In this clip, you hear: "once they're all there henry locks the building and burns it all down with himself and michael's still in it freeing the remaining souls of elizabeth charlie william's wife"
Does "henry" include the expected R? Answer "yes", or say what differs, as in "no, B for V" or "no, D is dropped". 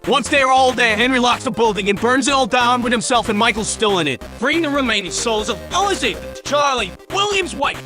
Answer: yes